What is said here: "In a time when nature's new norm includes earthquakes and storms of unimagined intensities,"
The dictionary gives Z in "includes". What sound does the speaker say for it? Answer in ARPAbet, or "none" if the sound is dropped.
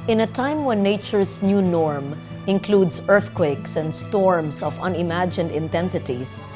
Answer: S